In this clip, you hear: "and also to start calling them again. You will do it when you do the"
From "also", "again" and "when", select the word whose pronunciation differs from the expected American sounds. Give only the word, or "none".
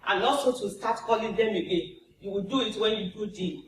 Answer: also